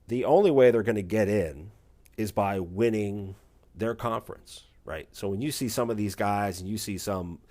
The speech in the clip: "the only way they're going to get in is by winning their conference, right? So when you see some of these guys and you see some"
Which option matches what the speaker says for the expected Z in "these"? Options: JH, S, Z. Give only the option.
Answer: Z